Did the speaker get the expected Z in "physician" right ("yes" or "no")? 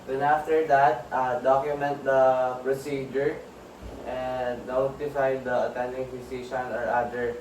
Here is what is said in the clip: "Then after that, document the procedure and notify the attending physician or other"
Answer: no